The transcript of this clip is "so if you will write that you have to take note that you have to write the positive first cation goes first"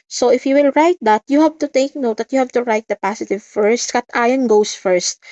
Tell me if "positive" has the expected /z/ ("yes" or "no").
no